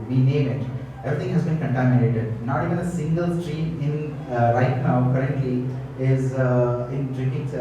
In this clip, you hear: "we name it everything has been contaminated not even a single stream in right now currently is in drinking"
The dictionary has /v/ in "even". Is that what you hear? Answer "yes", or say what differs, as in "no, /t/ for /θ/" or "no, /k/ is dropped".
no, /v/ is dropped